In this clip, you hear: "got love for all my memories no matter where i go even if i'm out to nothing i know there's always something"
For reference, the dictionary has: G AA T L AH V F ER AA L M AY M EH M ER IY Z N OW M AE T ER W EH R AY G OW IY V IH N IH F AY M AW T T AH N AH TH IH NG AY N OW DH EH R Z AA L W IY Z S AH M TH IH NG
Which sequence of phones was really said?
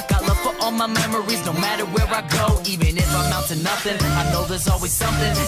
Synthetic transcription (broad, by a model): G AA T L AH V F ER AA L M AY M EH M ER IY Z N OW M AE T ER W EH R AY G OW IY V IH N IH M AY M AW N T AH N AH TH IH NG AY N OW DH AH R Z AA L W IY Z S AH M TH IH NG